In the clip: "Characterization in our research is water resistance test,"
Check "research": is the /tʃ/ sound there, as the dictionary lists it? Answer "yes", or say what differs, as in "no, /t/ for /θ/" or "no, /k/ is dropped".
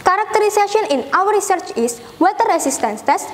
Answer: yes